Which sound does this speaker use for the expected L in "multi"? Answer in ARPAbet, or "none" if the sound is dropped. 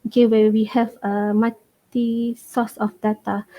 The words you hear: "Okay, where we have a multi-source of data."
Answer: none